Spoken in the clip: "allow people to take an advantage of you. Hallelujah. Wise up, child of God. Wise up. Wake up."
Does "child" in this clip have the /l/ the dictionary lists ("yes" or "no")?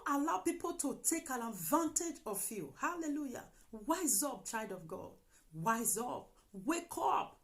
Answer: no